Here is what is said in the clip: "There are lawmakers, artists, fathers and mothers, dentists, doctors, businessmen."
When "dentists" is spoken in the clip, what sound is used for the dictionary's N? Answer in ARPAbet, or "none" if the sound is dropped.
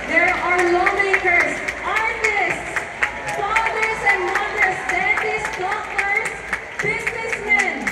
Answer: none